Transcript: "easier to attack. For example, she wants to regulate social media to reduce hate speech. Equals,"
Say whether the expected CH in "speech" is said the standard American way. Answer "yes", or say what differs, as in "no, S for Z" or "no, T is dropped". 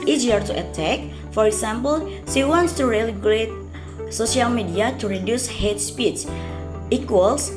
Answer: no, S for CH